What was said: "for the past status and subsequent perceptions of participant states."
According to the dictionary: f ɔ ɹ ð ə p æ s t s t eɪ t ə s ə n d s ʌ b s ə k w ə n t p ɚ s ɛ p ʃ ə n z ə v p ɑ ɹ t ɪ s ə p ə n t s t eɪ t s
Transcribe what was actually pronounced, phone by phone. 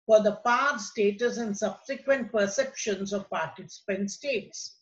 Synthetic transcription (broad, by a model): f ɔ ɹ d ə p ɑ t s t eɪ t ə s ə n d s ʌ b s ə k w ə n t p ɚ s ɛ p ʃ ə n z ə v p ɑ ɹ t ɪ s ə p ə n t s t eɪ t s